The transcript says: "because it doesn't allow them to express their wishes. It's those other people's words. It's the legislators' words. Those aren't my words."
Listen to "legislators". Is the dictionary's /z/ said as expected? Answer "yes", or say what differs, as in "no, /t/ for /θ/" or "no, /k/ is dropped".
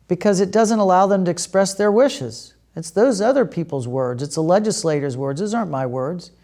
yes